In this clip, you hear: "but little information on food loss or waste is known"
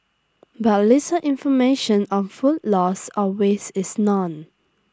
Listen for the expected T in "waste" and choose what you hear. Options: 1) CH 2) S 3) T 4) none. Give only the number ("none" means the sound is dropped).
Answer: 4